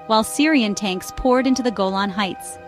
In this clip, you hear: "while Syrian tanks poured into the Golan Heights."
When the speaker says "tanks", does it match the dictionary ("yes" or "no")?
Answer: yes